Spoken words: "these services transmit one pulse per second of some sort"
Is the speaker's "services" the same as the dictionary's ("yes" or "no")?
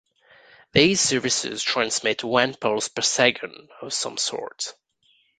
yes